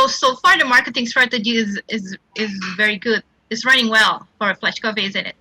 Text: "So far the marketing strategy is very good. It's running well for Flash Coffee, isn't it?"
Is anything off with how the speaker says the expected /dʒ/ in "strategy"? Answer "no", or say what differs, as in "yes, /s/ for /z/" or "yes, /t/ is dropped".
yes, /z/ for /dʒ/